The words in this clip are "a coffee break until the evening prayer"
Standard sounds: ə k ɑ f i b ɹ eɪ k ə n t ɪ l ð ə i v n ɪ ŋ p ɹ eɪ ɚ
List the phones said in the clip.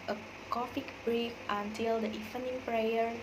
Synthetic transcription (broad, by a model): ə k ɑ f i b ɹ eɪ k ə n t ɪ l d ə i f n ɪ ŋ p ɹ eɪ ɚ